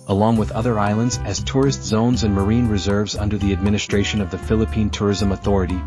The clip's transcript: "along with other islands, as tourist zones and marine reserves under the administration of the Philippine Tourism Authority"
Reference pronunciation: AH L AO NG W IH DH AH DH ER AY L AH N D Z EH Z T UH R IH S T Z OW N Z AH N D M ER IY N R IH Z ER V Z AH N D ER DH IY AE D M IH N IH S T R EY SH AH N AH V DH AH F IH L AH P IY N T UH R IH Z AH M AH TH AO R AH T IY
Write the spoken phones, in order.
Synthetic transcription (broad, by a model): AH L AO NG W IH DH AH DH ER AY L AH N D Z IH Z T UH R IH S T Z OW N Z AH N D M ER IY N R IH Z ER V Z AH N D ER DH IY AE D M IH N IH S T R EY SH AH N AH V DH AH F IH L AH P IY N T UH R IH Z AH M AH TH AO R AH T IY